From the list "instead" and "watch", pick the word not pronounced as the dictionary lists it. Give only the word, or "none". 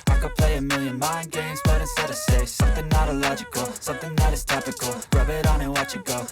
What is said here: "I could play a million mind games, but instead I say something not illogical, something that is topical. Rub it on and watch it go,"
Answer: instead